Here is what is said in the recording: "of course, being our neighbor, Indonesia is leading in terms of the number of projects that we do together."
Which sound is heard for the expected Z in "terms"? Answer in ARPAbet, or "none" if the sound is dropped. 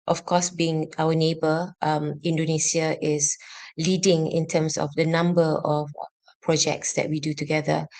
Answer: S